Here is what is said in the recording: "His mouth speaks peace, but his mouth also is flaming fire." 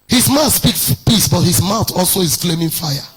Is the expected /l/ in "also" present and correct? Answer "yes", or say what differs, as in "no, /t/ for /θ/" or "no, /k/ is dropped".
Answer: yes